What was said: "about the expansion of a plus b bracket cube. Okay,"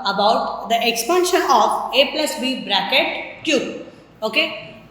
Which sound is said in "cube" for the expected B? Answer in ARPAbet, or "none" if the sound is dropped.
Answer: none